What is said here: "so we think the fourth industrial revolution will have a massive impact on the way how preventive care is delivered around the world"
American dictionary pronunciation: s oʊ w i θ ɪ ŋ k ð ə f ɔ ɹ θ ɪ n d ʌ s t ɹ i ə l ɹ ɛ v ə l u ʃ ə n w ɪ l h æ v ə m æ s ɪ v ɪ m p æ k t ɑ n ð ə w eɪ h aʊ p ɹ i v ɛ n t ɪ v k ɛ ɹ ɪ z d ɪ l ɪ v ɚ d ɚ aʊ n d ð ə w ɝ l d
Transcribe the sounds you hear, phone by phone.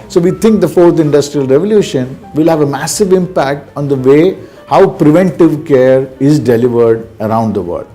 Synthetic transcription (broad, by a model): s oʊ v i t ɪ ŋ k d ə f ɔ ɹ t ɪ n d ʌ s t ɹ i ə l ɹ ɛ v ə l u ʃ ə n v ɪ l h æ v ə m æ s ɪ v ɪ m p æ k t ɑ n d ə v eɪ h aʊ p ɹ i v ɛ n t ɪ v k ɛ ɹ ɪ z d ɪ l ɪ v ɚ d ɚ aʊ n d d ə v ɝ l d